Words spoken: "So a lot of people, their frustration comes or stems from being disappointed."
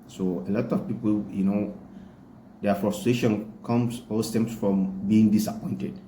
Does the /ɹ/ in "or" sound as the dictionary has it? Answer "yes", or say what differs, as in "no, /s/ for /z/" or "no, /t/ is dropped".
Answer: no, /l/ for /ɹ/